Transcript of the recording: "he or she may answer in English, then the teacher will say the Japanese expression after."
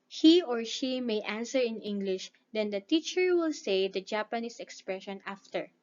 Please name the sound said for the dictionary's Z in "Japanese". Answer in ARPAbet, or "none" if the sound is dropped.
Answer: S